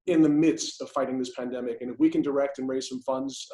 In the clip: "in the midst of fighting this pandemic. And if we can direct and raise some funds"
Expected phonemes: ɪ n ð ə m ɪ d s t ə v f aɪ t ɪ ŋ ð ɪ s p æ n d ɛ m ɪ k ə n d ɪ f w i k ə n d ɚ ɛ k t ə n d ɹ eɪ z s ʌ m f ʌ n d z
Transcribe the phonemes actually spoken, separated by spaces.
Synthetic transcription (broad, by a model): ɪ n ð ə m ɪ d s t ə v f aɪ t ɪ ŋ ð ɪ s p æ n d ɛ m ɪ k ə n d ɪ f w i k ə n d ɚ ɛ k t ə n ɹ eɪ z s ʌ m f ʌ n d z